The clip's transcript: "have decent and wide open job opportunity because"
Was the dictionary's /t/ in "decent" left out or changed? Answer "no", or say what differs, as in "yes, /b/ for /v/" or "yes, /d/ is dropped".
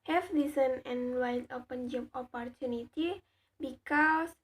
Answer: yes, /t/ is dropped